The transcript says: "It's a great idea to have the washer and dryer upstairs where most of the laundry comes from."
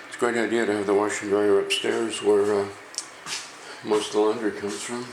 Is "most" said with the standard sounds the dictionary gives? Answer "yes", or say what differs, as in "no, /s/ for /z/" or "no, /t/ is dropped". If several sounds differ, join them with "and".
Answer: no, /s/ is dropped